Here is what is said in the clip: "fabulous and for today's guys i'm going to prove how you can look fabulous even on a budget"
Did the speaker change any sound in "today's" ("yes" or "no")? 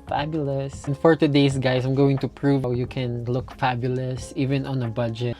yes